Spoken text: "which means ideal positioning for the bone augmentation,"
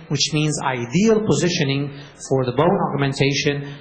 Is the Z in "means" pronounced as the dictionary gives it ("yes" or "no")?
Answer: yes